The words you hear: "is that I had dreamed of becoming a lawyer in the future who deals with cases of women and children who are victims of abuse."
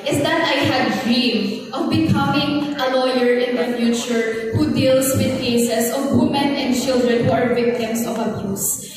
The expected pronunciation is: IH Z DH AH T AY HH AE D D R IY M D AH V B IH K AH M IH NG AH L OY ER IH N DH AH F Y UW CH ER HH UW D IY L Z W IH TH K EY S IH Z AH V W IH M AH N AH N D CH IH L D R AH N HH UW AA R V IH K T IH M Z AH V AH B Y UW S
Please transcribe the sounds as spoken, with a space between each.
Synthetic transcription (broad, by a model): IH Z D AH T AY HH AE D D R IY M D AH V B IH K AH M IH NG AH L OY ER IH N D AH F Y UW CH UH HH UW D IY L S W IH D K EY S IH S AH V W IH M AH N AH N D CH IH L D R AH N HH UW AA R V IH K T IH M S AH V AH B Y UW S